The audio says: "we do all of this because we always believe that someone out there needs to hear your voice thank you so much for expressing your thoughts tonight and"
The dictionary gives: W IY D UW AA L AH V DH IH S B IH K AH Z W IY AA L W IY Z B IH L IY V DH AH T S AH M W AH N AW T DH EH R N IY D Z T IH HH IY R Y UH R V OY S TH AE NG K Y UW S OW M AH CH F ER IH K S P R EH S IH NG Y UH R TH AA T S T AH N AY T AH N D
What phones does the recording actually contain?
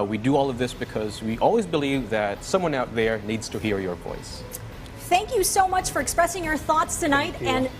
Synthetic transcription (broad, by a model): W IY D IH AA L AH V DH IH S B IH K AH Z W IY AA L W IY Z B IH L IY V DH AH T S AH M W AH N AW T DH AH R N IY D Z T IH HH IY R Y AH R V OY S TH AE NG K Y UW S OW M AH CH F ER IH K S P R EH S IH NG Y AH R TH AA T S T AH N AY T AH N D